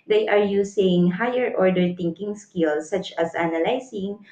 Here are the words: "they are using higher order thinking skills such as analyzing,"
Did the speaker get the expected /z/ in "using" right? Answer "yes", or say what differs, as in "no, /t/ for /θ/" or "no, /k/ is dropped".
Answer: no, /s/ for /z/